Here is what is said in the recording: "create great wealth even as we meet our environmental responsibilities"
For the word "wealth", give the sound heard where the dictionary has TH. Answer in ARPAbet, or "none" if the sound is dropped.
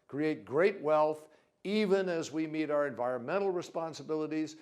TH